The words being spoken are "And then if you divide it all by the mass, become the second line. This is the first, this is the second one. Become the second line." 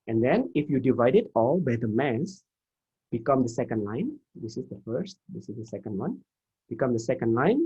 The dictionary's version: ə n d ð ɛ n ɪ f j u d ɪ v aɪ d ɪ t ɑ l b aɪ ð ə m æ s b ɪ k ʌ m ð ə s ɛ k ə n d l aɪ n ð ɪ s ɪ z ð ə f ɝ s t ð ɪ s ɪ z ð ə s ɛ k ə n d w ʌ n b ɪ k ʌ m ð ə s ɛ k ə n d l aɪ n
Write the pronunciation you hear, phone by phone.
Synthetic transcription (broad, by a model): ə n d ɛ n ɪ f j u d ɪ v aɪ d ɪ t ɑ l b aɪ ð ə m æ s b ɪ k ʌ m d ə s ɛ k ə n d l aɪ n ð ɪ s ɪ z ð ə f ɝ s t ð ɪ s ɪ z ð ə s ɛ k ə n d w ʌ n b ɪ k ʌ m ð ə s ɛ k ə n d l aɪ n